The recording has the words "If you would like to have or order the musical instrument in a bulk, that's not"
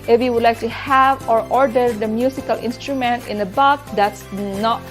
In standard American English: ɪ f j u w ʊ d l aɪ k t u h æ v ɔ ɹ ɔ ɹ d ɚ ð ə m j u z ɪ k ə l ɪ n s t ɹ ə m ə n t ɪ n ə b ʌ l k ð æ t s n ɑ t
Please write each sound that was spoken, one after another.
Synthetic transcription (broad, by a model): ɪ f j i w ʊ d l aɪ k t u h æ v ɔ ɹ ɔ ɹ d ɚ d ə m j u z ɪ k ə l ɪ n s t ɹ ə m ə n t ɪ n ə b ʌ k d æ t s n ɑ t